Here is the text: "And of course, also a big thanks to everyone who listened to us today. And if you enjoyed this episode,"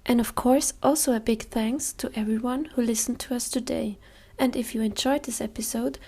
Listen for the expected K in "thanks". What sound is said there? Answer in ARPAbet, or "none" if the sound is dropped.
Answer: K